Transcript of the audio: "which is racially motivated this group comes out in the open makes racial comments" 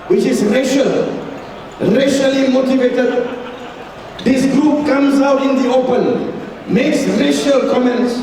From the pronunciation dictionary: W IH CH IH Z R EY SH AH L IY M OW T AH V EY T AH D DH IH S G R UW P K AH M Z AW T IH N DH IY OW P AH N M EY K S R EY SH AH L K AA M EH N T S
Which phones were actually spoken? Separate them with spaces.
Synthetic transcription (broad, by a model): W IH CH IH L R EY SH AH L IY M OW T AH V EY T AH D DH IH S G R UW P K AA M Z AW T IH N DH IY OW P AH N M EY K S R EY SH AH L K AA M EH N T S